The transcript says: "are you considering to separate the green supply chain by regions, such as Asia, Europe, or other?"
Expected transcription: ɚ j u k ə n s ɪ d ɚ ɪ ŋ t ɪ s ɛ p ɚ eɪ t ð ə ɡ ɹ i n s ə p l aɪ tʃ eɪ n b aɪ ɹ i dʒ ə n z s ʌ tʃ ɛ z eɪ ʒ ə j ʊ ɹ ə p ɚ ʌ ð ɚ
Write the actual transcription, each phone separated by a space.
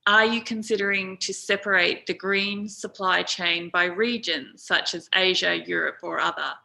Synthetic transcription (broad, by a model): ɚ j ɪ k ə n s ɪ d ɚ ɪ ŋ t ɪ s ɛ p ɚ eɪ t ð ə ɡ ɹ i n s ə p l aɪ tʃ eɪ n b aɪ ɹ i dʒ ə n z s ʌ tʃ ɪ z eɪ ʒ ə j ʊ ɹ ə p ɚ ʌ ð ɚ